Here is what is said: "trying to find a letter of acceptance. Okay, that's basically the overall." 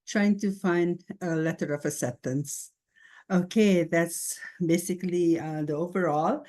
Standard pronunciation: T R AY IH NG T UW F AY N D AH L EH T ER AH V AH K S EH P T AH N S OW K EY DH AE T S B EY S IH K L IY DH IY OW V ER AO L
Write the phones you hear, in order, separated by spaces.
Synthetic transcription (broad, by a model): T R AY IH NG T UW F AY N D AH L EH T ER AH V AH S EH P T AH N S OW K EY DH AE T S B EY S IH K L IY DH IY OW V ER AO L